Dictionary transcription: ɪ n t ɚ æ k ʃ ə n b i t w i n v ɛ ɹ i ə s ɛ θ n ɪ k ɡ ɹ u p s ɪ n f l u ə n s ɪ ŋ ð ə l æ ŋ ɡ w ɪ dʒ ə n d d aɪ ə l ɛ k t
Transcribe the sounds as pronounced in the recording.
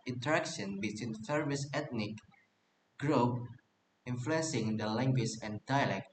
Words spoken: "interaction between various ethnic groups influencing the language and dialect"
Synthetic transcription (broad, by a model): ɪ n t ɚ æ k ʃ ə n b i t w i n f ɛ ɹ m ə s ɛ t n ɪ k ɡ ɹ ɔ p ɪ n f l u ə n s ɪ ŋ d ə l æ ŋ ɡ w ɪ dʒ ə n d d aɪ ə l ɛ k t